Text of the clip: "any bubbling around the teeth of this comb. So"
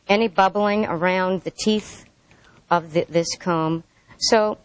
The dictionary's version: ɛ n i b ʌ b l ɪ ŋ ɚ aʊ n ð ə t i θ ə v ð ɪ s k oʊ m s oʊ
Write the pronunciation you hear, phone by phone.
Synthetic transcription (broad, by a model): ɛ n i b ʌ b l ɪ ŋ ɚ aʊ n ð ə t i θ ə v ð ɪ s k oʊ m s oʊ